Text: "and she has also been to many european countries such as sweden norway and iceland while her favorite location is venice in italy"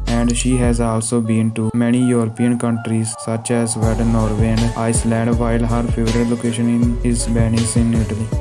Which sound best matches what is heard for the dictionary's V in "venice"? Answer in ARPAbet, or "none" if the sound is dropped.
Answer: B